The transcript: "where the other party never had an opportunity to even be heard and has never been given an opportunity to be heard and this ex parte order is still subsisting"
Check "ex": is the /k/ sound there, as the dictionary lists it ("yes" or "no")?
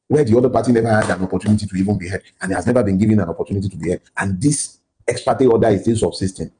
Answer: yes